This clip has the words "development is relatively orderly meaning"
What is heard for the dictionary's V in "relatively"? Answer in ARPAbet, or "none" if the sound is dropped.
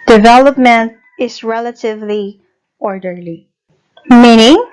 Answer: V